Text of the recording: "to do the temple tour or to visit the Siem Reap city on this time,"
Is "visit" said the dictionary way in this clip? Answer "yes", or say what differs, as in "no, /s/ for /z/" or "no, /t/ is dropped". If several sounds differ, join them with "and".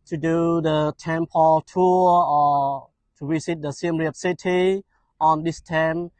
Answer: no, /s/ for /z/